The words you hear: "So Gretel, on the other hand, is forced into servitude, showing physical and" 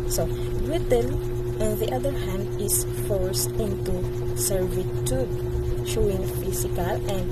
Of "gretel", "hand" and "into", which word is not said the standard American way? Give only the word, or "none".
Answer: gretel